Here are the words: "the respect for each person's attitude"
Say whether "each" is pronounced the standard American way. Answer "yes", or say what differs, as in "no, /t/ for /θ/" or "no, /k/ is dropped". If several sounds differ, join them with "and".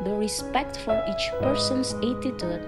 yes